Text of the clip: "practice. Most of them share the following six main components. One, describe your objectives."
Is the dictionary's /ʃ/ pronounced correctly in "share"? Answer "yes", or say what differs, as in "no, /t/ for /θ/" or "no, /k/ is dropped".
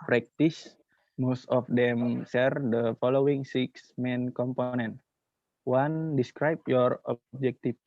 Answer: no, /s/ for /ʃ/